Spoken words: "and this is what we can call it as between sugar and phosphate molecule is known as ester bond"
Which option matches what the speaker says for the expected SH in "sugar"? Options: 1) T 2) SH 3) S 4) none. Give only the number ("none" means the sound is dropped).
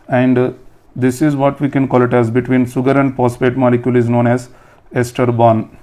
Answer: 3